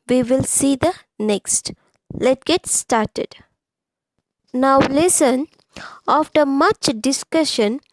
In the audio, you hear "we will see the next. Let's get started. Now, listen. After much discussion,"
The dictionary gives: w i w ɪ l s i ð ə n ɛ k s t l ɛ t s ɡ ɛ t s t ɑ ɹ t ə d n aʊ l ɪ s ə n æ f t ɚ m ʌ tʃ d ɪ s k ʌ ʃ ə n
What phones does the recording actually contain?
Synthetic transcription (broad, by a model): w i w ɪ l s i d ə n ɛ k s t l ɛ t ɡ ɛ t s t ɑ ɹ t ə d n aʊ l ɪ s ə n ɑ f t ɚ m ʌ tʃ d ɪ s k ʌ ʃ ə n